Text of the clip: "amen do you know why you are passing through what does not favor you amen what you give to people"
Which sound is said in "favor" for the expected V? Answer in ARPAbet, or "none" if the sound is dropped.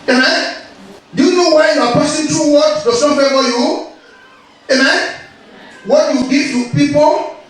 F